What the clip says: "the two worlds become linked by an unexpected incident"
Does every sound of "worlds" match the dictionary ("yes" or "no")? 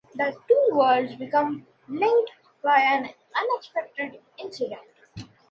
no